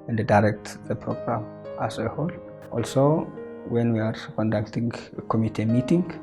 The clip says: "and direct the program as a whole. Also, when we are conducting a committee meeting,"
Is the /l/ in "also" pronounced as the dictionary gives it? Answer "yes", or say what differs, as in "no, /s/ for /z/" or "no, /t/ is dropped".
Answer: yes